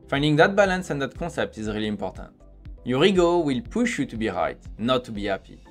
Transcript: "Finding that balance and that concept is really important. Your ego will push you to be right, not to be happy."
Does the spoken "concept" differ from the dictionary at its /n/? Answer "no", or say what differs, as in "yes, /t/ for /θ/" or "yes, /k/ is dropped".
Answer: yes, /n/ is dropped